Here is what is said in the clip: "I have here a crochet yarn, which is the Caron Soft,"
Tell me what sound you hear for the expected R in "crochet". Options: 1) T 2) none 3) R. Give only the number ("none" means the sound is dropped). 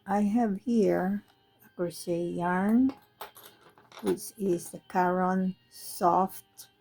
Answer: 2